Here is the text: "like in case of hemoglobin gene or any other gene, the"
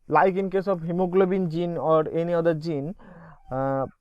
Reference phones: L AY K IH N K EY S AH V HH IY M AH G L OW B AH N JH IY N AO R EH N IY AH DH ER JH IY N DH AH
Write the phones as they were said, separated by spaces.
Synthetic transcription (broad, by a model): L AY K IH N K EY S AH B HH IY M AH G L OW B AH N JH IY N AO R EH N IY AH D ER JH IY N